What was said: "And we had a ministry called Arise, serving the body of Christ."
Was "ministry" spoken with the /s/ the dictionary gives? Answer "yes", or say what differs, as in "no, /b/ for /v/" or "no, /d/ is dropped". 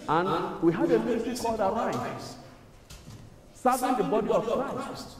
no, /s/ is dropped